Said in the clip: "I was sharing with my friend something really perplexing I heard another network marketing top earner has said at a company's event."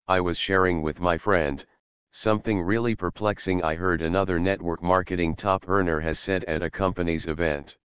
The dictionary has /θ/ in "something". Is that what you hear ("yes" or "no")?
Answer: yes